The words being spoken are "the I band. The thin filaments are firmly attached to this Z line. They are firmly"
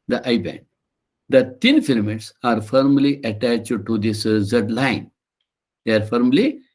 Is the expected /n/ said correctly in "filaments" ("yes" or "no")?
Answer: no